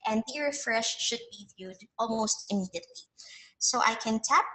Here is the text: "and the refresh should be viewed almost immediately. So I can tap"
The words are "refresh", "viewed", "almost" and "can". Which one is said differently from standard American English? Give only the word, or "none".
none